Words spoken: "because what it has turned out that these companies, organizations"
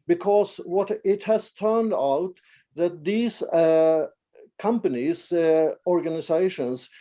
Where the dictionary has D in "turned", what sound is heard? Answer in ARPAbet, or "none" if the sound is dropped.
D